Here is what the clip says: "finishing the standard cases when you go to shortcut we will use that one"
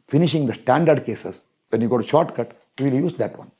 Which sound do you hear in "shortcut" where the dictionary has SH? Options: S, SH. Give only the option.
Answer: SH